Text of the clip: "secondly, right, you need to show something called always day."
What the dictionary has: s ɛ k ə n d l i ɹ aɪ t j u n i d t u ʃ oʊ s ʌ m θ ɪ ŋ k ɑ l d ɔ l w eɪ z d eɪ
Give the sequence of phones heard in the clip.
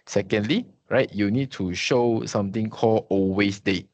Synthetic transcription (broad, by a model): s ɛ k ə n d l i ɹ aɪ t j u n i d t u ʃ oʊ s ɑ m t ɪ ŋ k ɑ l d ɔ w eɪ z d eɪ